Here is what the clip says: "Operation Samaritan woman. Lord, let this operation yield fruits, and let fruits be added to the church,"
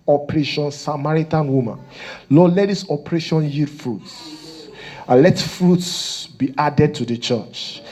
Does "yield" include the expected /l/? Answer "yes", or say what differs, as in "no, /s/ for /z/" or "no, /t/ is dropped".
no, /l/ is dropped